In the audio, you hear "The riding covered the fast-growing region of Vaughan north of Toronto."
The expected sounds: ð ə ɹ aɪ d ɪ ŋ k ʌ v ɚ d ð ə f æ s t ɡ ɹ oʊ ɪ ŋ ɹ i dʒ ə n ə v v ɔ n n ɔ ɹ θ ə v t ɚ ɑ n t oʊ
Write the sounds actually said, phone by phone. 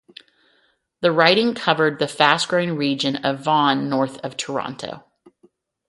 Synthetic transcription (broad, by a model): ð ə ɹ aɪ d ɪ ŋ k ʌ v ɚ d ð ə f æ s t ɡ ɹ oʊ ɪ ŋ ɹ i dʒ ə n ə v v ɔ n n ɔ ɹ θ ə v t ɚ ɑ n t oʊ